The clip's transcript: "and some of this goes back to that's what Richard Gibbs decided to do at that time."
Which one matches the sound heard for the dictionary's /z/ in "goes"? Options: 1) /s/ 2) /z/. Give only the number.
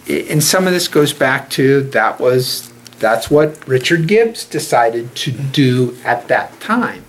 2